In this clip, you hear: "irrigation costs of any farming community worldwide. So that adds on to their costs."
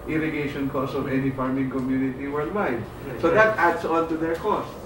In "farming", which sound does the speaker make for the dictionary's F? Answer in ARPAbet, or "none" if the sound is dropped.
F